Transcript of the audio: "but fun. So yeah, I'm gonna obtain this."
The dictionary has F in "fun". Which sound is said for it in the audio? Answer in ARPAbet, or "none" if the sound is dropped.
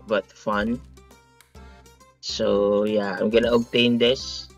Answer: F